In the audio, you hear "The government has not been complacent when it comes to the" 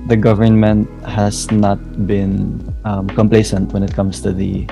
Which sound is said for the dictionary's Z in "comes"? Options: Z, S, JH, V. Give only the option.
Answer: S